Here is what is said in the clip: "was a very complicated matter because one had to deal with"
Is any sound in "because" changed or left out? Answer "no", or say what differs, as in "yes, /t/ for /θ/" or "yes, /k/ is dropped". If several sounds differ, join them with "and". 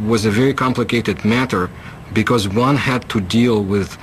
no